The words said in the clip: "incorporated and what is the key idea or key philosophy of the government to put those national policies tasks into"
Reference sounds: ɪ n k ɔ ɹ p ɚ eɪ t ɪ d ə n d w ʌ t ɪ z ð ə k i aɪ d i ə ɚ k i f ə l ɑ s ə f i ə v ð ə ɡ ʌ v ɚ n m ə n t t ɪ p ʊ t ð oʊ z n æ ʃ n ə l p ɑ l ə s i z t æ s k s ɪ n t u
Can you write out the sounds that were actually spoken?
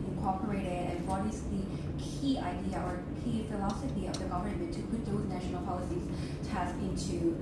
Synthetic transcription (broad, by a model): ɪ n k ɔ ɹ p ɚ eɪ t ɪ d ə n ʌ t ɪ s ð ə k i aɪ d i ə ɚ k i f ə l ɑ s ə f i ə v ð ə ɡ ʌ v ɚ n m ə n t t ɪ p ʊ t ð oʊ z n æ ʃ n l p ɑ l ə s i z t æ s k ɪ n t u